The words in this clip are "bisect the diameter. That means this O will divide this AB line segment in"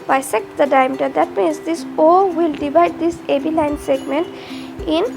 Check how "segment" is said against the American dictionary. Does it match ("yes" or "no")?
yes